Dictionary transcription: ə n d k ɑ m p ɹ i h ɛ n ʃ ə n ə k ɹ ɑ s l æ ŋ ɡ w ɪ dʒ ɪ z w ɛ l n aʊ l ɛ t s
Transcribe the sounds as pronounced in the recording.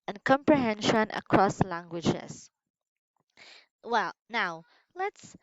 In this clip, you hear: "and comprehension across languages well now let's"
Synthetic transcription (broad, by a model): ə n k ɑ m p ɹ i h ɛ n ʃ ə n ə k ɹ ɑ s l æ ŋ ɡ w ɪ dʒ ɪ s w ɛ l n aʊ l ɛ t s